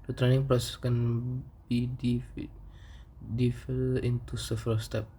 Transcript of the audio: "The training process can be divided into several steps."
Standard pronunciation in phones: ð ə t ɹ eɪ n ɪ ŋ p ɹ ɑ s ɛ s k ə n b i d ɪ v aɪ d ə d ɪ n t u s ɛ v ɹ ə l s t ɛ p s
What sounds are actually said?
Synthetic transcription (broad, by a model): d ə t ɹ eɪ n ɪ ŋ p ɹ ɑ s ɛ s k ə n b i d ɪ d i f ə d ɪ n t u s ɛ f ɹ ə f s t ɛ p